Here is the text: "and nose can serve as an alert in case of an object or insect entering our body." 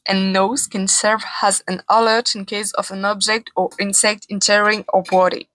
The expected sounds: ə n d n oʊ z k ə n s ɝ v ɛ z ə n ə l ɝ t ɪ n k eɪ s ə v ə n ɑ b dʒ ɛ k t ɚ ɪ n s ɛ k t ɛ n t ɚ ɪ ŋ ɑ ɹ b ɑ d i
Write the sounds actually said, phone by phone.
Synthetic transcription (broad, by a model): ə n n oʊ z k ə n s ɝ v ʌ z ə n ə l ɝ t ɪ n k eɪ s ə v ə n ɑ b dʒ ɛ k t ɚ ɪ n s ɛ k t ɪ n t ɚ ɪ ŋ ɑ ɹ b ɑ d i